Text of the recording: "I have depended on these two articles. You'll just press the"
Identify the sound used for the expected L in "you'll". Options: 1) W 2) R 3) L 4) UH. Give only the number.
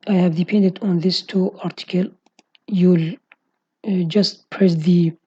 3